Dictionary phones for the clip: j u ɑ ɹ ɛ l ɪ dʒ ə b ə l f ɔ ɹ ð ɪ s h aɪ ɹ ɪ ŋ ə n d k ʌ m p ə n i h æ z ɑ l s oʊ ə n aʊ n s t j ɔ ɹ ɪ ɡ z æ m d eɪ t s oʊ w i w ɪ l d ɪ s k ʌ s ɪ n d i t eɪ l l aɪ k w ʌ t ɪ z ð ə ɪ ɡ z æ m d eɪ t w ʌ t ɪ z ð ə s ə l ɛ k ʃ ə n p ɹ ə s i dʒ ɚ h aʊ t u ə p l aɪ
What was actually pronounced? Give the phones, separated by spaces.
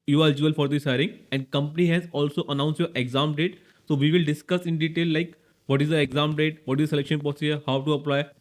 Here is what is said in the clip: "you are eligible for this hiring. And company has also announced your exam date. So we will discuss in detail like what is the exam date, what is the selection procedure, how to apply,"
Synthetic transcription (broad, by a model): j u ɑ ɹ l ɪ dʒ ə ə l f ɔ ɹ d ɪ s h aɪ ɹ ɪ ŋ ə n d k ʌ m p ə n i h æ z ɑ l s oʊ ə n aʊ n s t j ɔ ɹ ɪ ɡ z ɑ m d eɪ t s oʊ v i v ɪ l d ɪ s k ʌ s ɪ n d i t eɪ l l aɪ k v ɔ t ɪ z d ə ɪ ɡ z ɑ m d eɪ t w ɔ t ɪ z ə s ə l ɛ k ʃ ə n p ə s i ɚ h aʊ t u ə p l aɪ